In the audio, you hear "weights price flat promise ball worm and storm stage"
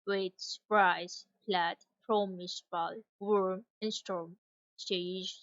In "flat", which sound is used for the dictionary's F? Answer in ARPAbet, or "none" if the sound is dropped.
P